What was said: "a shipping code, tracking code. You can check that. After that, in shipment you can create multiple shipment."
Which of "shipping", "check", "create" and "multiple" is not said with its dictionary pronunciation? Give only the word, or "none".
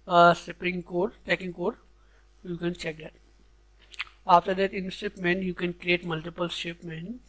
shipping